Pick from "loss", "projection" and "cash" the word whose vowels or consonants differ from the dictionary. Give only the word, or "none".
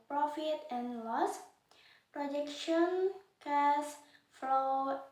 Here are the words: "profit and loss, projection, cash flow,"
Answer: cash